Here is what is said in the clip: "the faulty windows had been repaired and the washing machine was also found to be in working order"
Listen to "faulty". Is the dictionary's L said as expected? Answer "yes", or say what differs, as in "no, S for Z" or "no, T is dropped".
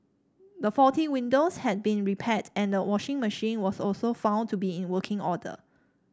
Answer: no, L is dropped